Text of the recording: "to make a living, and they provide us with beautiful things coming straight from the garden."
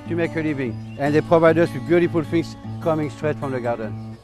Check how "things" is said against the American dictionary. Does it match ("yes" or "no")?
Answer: no